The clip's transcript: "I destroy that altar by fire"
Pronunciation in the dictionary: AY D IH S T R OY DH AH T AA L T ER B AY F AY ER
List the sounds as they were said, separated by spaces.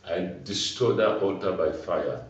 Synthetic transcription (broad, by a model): AY D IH S T OY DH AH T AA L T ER B AY F AY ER